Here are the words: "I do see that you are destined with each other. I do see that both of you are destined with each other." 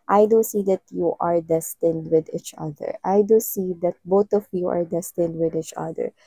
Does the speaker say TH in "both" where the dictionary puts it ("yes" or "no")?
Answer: no